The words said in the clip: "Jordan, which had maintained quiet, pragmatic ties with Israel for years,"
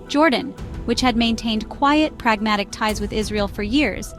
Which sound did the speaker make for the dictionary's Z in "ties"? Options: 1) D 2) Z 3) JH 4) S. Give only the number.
2